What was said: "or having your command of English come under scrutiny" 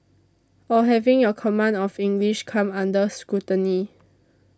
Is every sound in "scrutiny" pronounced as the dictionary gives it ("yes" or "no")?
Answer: no